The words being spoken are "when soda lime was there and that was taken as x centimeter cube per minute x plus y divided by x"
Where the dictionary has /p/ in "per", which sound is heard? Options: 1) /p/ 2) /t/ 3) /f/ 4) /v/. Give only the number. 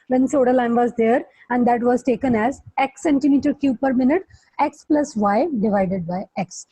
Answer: 1